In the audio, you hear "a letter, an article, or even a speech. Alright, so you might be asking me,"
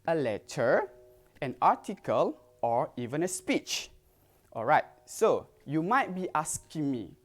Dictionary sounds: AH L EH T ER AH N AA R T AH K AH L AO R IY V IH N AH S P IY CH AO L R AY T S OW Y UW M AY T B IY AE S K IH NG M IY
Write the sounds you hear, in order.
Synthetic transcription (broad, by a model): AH L EH T ER AH N AA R T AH K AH L AO R IY V IH N AH S P IY CH AO L R AY T S OW Y UW M AY T B IY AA S K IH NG M IY